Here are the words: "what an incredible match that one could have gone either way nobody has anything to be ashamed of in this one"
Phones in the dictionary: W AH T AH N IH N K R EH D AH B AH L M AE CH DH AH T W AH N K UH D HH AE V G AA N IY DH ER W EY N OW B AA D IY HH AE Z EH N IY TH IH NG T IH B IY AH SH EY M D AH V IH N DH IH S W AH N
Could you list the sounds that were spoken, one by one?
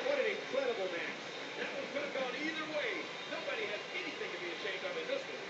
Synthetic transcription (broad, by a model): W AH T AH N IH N K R EH D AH B L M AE S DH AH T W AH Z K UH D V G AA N IY DH ER W EY N OW B AA D IY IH Z EH N IY TH IH NG T IH B IY AH SH EY M D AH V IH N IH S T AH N